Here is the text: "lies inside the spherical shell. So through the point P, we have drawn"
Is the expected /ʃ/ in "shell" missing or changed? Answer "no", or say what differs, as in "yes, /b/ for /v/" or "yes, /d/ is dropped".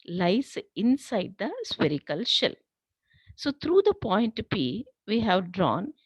no